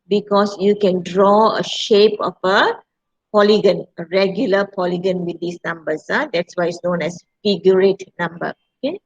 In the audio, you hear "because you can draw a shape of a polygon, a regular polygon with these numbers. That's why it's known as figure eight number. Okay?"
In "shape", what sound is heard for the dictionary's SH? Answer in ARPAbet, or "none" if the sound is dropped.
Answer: SH